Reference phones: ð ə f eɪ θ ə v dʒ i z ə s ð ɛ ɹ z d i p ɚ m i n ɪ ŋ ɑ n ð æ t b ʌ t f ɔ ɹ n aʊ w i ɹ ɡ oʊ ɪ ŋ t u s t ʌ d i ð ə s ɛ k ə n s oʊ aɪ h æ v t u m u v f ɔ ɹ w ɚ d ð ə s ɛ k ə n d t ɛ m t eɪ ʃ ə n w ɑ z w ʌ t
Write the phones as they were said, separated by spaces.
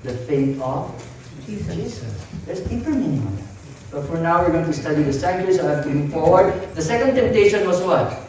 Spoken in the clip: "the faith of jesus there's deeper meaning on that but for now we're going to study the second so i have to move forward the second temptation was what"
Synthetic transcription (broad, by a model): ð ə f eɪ t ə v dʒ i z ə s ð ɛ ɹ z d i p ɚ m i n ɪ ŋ ɑ n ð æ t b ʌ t f ɔ ɹ n aʊ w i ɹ ɡ oʊ ɪ ŋ t u s t ʌ d i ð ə s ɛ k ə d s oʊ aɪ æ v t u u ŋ f ɔ ɹ w ɚ d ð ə s ɛ k ə n d t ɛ m t eɪ ʃ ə n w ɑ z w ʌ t